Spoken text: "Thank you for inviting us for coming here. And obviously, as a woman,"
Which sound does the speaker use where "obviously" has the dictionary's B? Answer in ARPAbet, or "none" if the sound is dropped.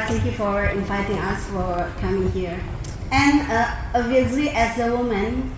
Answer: none